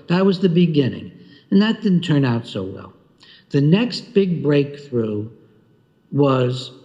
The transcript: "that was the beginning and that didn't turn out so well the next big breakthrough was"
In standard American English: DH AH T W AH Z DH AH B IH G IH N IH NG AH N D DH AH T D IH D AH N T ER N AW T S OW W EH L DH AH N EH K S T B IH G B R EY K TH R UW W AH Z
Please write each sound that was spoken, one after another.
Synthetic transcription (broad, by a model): DH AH T W AH Z DH AH B IH G IH N IH NG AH N DH AH T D IH D N T ER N AW T S OW W EH L DH AH N EH K S T B IH G B R EY K TH R UW W AH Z